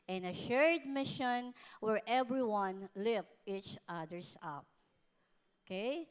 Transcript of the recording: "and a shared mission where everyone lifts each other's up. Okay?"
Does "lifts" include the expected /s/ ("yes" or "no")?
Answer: no